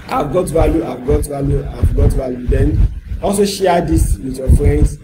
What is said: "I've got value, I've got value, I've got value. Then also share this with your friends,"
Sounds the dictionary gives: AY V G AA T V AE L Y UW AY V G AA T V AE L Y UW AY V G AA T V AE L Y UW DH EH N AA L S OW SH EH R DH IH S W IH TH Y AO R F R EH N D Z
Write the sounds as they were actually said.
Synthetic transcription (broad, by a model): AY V G AA T V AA L Y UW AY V G AA T V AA L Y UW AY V G AA T V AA L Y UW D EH N AA L S OW SH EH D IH S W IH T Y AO F R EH N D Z